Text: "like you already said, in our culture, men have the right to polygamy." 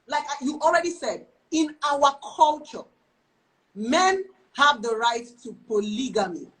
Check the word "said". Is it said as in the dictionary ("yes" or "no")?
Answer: yes